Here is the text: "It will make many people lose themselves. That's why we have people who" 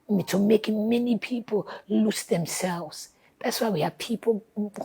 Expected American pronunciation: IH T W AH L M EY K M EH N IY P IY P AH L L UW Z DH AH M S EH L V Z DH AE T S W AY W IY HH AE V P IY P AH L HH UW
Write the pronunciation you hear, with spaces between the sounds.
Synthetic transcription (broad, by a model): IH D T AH M EY K M EH N IY P IY P AH L L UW S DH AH M S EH L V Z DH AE T S W AY W IY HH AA P IY P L